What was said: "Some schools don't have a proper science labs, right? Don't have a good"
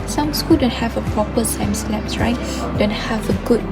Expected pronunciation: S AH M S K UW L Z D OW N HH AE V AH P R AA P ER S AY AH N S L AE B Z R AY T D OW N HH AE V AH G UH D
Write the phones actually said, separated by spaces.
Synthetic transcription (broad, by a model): S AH M S K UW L D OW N HH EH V AH P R AA P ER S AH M S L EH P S R AY T D OW N HH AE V AH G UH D